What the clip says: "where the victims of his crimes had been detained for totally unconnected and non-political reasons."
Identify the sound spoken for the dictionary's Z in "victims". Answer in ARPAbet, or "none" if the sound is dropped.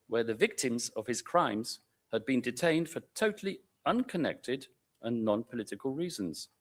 Z